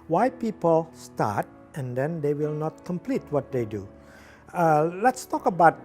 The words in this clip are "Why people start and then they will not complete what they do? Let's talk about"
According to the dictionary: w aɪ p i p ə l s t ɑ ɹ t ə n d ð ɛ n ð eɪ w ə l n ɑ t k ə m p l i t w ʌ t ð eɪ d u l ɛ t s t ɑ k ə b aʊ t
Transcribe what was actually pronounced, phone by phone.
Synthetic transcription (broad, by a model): w aɪ p i p ə l s t ɑ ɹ t ə n d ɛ n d eɪ w ə l n ɑ t k ə m p l i t w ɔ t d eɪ d u l ɛ t s t ɑ k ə b aʊ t